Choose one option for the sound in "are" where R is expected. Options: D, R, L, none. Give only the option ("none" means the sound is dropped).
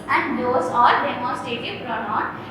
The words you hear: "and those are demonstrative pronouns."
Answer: L